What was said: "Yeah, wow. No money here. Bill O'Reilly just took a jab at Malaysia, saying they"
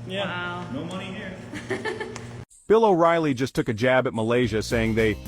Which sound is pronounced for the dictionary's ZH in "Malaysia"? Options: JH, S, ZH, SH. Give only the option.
ZH